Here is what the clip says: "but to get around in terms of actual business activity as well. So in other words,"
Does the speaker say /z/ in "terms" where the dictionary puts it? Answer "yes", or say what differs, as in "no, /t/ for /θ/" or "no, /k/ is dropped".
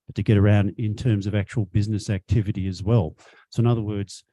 yes